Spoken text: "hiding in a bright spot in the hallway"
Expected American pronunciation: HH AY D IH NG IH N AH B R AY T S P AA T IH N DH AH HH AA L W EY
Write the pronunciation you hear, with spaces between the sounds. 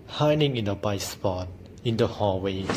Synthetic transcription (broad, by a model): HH AY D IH NG IH N AH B AY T S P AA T IH N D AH HH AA W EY